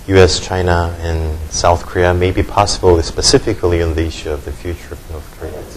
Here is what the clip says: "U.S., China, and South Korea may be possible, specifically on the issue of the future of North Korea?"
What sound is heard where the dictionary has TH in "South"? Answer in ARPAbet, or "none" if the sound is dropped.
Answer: TH